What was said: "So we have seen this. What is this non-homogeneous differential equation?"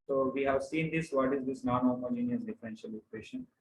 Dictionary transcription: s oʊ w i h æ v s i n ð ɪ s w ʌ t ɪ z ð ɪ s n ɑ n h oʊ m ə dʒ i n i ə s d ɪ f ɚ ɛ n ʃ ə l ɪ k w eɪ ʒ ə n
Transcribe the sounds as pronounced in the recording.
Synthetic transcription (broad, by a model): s oʊ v i h æ v s i n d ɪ s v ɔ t ɪ z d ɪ s n ɑ n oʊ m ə dʒ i n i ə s d ɪ f ɚ ɛ n ʃ ə l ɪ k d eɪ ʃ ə n